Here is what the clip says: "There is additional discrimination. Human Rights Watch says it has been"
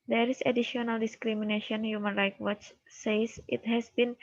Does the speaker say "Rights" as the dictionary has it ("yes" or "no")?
no